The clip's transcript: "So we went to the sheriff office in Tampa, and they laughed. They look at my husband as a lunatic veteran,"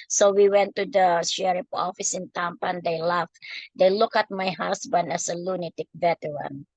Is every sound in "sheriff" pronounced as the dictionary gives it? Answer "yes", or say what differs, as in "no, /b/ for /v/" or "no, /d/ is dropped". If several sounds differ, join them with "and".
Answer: no, /p/ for /f/